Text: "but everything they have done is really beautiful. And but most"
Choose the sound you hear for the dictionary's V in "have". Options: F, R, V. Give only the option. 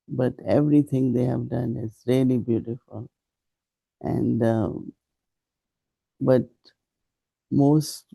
V